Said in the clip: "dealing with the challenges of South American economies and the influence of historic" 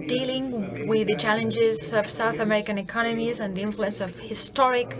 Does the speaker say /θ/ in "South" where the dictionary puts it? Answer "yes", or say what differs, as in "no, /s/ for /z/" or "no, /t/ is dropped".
yes